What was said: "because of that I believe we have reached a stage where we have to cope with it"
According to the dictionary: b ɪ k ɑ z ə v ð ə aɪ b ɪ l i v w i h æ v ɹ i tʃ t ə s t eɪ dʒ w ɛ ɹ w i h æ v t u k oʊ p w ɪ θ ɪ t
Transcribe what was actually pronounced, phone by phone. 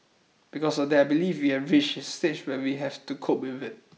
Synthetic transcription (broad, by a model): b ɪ k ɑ s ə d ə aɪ b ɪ l i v w i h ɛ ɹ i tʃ ə s t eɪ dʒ w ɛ w i h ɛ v t u k oʊ p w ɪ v ɪ t